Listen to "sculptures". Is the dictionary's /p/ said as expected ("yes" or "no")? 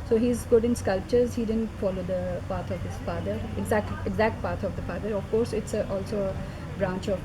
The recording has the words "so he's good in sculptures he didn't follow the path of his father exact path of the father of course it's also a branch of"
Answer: yes